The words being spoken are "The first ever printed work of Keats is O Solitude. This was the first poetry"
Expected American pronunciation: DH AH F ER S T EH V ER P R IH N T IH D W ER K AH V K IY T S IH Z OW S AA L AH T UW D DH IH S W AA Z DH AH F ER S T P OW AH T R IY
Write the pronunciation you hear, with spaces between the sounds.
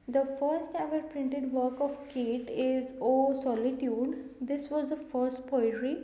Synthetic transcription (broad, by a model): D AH F ER S T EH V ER P R IH N T IH D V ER K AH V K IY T IH Z OW S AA L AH T UW D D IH S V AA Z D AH F ER S T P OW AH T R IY